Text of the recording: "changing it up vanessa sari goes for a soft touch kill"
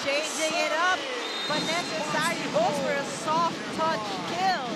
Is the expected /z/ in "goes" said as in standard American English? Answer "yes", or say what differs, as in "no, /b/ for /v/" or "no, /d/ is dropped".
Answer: no, /z/ is dropped